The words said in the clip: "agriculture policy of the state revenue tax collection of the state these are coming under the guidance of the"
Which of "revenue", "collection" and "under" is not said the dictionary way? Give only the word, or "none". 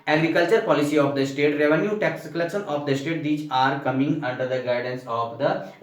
collection